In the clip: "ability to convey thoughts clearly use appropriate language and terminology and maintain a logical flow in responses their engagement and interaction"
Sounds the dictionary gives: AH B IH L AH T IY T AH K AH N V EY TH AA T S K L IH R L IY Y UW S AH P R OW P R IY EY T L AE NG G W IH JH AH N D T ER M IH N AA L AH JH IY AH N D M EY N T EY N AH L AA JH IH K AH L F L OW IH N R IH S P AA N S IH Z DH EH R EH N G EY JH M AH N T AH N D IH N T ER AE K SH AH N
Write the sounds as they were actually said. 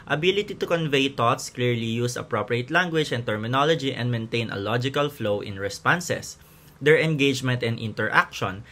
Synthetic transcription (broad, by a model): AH B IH L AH T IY T AH K AH N V EY T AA T S K L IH R L IY Y UW S AH P R OW P R IY EY T L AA NG G W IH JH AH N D T ER M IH N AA L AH JH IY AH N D M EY N T EY N AH L AA JH IH K AH L F L OW IH N R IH S P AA N S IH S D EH R EH N G EY JH M AH N T AH N D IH N T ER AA K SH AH N